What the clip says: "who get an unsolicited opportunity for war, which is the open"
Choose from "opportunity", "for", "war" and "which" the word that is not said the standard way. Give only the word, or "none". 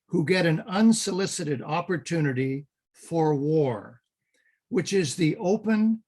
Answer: none